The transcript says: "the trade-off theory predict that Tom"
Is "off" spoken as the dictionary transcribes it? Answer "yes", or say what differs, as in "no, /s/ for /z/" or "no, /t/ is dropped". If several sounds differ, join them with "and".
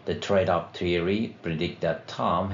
no, /p/ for /f/